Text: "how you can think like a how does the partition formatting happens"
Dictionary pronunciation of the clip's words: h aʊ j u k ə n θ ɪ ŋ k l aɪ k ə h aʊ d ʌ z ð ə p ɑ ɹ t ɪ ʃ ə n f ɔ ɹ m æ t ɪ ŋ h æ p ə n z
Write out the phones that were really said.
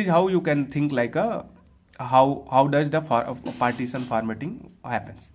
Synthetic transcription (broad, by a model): h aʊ j u k ə n t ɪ ŋ k l aɪ k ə h aʊ d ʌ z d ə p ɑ ɹ t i s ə n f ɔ ɹ m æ t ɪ ŋ h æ p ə n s